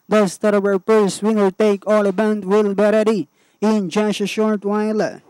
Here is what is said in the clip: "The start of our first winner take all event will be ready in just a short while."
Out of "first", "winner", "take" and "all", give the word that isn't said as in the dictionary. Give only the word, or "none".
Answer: first